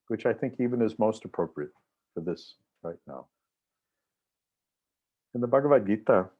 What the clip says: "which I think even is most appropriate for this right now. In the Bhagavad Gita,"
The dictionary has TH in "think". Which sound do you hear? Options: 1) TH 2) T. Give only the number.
1